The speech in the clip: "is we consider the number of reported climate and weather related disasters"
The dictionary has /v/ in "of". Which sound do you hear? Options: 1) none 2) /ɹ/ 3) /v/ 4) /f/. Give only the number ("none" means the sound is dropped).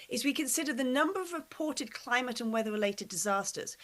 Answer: 3